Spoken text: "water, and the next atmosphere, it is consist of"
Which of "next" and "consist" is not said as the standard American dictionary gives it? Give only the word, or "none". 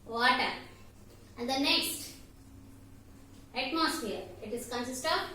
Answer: none